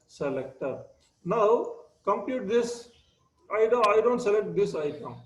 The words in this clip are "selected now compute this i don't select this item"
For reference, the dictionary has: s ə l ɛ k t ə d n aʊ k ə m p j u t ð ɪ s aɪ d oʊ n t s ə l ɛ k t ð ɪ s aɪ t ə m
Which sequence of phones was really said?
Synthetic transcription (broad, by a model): s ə l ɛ k t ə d n aʊ k ə m p j u t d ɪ s aɪ d oʊ n t s ə l ɛ k t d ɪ s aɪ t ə m